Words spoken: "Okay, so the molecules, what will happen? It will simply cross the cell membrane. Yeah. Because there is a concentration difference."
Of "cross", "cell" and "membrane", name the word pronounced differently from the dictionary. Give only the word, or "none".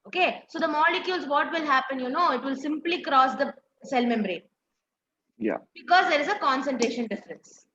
none